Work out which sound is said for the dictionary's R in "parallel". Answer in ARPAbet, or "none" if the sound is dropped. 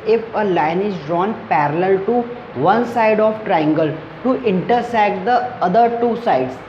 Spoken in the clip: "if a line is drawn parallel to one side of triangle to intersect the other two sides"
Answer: R